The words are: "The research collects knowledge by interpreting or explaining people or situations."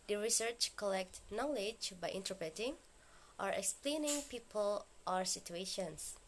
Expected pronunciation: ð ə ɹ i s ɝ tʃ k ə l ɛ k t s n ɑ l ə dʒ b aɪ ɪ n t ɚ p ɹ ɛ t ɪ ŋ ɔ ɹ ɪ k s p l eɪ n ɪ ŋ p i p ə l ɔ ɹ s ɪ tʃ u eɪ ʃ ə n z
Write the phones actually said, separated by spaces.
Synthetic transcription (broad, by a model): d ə ɹ i s ɝ tʃ k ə l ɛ k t n ɑ l ə dʒ b aɪ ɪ n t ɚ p ɹ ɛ t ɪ ŋ ɔ ɹ ɪ k s p l eɪ n ɪ ŋ p i p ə l ɔ ɹ s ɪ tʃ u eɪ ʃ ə n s